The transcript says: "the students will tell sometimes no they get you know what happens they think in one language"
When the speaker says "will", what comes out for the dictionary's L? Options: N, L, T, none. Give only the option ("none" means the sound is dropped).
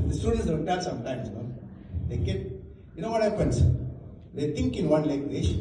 N